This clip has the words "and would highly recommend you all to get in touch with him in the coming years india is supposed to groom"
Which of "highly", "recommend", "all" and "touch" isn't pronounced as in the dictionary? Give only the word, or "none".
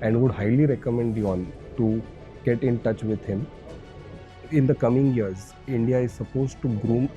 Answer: all